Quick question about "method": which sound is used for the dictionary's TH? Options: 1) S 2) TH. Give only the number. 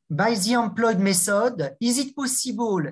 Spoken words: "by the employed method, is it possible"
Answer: 1